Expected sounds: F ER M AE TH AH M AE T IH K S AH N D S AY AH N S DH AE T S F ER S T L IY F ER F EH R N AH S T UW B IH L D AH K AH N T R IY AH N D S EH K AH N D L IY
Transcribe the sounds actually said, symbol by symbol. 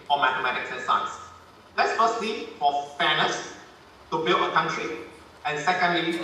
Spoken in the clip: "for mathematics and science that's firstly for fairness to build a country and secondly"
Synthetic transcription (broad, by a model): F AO M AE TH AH M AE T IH K S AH N S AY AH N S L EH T S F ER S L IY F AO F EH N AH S T UW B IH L AH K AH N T R IY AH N S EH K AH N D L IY